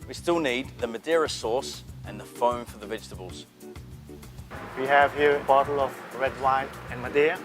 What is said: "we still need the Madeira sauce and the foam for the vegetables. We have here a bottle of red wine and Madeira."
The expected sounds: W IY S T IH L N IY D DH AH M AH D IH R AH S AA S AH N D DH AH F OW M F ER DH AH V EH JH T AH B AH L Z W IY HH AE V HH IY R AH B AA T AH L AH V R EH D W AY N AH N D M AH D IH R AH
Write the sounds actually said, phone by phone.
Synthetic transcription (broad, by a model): W IY S T IH L N IY D DH AH M AH D IH R AH S AA S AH N DH AH F OW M F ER DH AH V EH JH T AH B AH L Z W IY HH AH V HH IY R AH B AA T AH L AH V R EH D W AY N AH N M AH D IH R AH